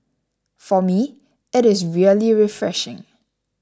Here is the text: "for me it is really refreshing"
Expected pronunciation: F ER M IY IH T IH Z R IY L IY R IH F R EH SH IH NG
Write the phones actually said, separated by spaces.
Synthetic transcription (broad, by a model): F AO M IY IH T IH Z R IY L IY R IH F R EH SH IH NG